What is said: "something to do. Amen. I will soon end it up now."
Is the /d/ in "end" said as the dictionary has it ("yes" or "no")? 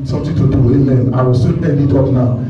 no